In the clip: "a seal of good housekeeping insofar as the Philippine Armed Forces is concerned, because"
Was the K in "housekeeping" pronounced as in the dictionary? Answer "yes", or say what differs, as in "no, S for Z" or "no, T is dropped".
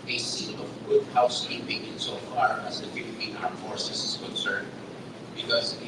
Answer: no, K is dropped